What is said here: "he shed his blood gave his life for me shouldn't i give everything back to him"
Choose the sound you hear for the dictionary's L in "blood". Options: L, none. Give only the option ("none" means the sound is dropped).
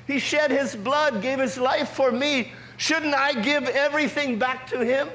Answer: L